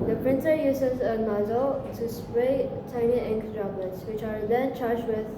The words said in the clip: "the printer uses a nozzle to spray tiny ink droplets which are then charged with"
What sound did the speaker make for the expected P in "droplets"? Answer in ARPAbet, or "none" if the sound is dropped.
B